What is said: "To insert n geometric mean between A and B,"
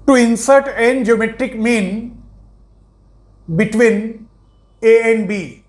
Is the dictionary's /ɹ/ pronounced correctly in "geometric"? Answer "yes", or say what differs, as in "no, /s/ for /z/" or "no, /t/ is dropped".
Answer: yes